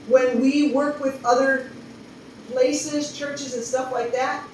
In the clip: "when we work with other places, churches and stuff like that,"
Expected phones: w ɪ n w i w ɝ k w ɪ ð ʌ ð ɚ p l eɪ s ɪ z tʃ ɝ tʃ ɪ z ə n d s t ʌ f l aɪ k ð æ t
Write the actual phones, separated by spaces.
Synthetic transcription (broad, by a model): w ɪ n w i w ɝ k w ɪ ð ʌ ð ɚ p l eɪ s ɪ z tʃ ɝ tʃ ɪ z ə n s t ʌ f l aɪ k ð æ t